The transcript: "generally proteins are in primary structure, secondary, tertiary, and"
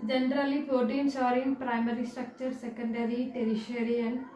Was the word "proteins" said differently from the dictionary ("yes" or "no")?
yes